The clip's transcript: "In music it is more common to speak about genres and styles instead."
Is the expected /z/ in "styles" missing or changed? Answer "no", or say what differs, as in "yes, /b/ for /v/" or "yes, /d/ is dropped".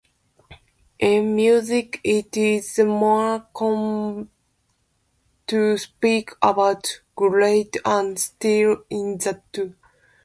yes, /z/ is dropped